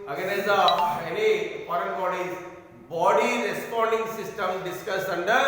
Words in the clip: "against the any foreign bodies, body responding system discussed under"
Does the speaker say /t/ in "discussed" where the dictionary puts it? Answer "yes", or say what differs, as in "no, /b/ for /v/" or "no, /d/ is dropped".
no, /t/ is dropped